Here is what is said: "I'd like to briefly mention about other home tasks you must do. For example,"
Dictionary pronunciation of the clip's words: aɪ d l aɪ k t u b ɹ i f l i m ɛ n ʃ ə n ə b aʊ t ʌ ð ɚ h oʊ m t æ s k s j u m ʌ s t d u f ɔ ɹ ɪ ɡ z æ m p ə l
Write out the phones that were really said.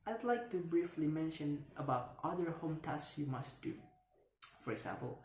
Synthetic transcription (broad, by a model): aɪ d l aɪ k t u b ɹ i f l i m ɛ n ʃ ə n ə b aʊ t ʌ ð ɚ h oʊ m t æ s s j u m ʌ s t d u f ɔ ɹ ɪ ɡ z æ m p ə l